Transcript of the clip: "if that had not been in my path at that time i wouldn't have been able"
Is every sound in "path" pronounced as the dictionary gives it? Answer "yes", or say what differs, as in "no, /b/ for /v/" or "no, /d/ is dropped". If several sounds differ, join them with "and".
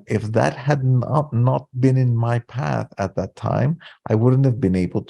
yes